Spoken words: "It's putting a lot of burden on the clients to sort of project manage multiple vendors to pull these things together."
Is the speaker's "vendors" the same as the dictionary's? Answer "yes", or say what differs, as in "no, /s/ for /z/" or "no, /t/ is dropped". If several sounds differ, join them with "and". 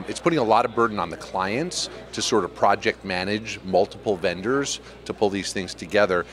yes